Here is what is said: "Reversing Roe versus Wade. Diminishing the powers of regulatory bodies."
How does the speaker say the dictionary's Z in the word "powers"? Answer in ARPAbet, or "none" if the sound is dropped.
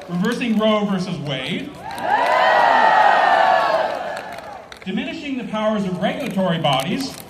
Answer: Z